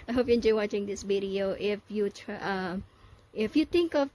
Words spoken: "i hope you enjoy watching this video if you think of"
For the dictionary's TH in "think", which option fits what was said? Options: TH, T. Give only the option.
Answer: T